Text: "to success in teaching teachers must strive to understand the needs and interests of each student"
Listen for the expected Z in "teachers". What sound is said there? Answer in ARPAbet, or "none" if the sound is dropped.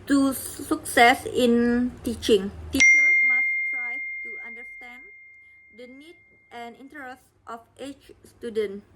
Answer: none